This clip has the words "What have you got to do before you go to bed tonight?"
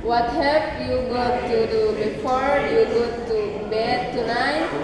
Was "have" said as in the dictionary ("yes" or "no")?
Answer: no